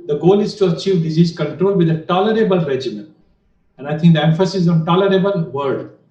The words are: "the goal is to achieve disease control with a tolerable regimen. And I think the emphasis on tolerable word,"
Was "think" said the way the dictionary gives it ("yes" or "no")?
no